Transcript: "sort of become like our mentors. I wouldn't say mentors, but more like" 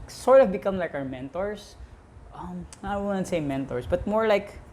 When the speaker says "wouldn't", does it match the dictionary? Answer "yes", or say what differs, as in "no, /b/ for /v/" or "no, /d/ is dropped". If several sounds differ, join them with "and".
no, /n/ is dropped